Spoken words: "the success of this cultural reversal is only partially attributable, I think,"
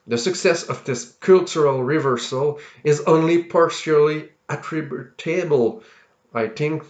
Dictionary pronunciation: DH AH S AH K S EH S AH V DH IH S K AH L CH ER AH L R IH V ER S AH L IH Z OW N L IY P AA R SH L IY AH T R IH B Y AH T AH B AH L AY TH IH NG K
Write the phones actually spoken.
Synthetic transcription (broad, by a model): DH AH S AH K S EH S AH V DH IH S K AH L CH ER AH L R IH V ER S AH L IH Z OW N L IY P AA R SH L IY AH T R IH B Y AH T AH B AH L AY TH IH NG K